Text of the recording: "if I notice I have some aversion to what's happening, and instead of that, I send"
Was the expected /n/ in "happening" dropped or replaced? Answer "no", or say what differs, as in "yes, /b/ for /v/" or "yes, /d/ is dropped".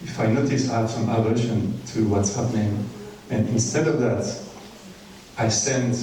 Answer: no